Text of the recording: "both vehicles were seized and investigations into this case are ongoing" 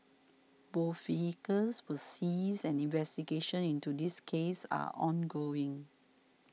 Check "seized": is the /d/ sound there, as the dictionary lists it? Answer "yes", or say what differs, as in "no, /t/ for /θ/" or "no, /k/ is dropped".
no, /d/ is dropped